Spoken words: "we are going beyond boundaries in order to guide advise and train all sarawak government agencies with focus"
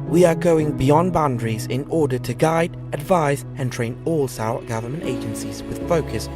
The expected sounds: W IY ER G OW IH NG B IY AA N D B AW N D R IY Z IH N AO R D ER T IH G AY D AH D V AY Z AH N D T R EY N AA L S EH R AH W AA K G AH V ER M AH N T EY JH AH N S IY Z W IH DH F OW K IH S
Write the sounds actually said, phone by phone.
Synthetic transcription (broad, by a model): W IY ER G OW IH NG B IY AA N B AW N D R IY Z IH N AO R D ER T IH G AY D AH D V AY Z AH N T R EY N AA L S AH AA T G AH V ER M AH N T EY JH AH N S IY Z W IH DH F OW K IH S